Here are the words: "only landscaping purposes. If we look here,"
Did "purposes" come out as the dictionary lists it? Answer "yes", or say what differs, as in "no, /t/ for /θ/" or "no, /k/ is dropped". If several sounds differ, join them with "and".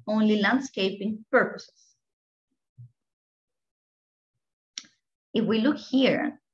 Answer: no, /s/ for /z/